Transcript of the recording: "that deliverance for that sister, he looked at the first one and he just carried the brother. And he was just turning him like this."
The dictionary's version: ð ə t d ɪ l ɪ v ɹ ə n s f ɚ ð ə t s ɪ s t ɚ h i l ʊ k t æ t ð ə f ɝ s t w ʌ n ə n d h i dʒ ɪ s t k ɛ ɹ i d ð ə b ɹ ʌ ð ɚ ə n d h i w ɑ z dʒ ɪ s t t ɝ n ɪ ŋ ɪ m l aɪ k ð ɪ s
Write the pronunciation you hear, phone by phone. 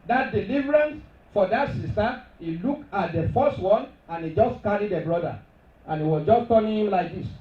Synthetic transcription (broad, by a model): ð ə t d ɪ l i v ɹ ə n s f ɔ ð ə t s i s t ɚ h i l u k ɑ t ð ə f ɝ s t w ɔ n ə n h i dʒ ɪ s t k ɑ ɹ i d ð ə b ɹ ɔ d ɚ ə n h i w ɑ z dʒ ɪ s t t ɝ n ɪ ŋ ɪ m l aɪ k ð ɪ s